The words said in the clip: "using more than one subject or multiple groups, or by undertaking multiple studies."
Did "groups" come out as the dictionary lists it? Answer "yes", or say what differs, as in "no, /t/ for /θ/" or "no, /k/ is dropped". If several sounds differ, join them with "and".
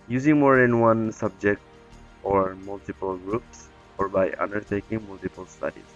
yes